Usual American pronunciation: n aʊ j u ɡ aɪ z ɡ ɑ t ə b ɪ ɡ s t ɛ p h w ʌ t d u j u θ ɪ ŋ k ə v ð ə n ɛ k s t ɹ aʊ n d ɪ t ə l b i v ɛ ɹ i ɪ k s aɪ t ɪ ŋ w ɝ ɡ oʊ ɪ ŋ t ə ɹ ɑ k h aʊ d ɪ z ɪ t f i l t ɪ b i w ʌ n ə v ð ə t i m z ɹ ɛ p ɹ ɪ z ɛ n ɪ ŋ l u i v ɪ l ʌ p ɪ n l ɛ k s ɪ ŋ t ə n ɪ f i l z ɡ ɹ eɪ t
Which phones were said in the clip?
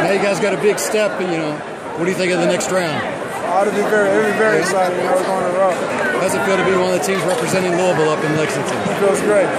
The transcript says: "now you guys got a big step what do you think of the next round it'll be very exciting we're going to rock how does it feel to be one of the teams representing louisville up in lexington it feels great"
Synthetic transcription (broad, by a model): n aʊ j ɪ ɡ aɪ z ɡ ɑ t ə b ɪ ɡ s t ɛ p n w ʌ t d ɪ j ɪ θ ɪ ŋ k ə v ð ə n ɛ k s t ɹ aʊ n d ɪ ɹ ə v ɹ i v ɛ ɹ i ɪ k s aɪ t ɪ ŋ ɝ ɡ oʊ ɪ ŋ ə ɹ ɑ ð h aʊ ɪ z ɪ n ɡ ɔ t ɪ b i w ʌ n ə v ð ə t i m z ɹ ɛ p ɹ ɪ z ɛ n ɪ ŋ l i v l ʌ p ɪ n l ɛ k s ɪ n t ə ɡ ɪ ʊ z ɡ ɹ eɪ t